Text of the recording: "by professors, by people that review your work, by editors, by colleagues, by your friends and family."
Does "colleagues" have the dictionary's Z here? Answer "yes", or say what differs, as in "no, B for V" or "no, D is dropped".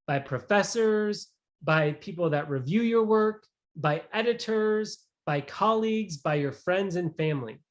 yes